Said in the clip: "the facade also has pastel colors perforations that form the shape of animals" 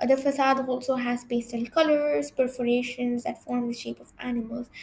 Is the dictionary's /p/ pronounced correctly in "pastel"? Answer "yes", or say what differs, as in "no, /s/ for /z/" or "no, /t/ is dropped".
no, /b/ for /p/